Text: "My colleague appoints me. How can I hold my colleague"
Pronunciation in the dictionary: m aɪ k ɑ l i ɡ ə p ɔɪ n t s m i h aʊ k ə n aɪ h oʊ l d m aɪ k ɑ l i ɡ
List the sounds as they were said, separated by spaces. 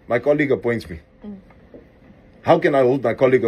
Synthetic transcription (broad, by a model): m aɪ k ɑ l i ɡ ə p ɔɪ n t m i h aʊ k ə n aɪ h oʊ l d m aɪ k ɑ l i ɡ